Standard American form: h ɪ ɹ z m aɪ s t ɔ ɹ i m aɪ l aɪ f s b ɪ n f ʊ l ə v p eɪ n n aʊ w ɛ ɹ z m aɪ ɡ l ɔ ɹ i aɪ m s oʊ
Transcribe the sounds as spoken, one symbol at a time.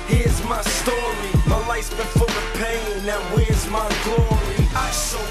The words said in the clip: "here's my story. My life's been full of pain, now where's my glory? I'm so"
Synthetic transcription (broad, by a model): h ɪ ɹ z m aɪ s t ɔ ɹ i m aɪ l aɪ s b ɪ f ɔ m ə p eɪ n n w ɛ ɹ z m aɪ ɡ l ɔ ɹ i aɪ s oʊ